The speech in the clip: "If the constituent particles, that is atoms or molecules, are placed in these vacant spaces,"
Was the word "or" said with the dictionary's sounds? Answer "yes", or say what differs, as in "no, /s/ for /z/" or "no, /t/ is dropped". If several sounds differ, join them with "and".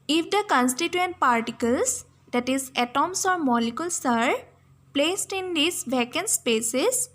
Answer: yes